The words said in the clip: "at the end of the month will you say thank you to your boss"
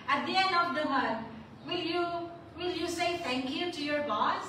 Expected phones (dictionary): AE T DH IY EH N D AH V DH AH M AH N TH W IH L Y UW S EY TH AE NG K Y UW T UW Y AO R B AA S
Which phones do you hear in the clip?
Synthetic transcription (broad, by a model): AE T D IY EH N D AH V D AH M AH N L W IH L Y UW S EY T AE NG K Y UW T UW Y AO R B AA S